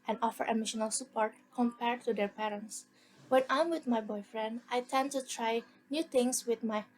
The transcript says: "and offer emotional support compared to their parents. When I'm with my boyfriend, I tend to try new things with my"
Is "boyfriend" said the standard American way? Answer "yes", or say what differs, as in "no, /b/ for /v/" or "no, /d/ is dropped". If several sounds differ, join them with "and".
yes